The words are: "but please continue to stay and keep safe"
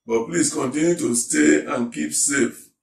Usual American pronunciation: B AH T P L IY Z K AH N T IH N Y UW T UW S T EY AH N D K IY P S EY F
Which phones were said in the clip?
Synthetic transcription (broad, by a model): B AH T P L IY S K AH N T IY N Y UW T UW S T EY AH N K IY P S EY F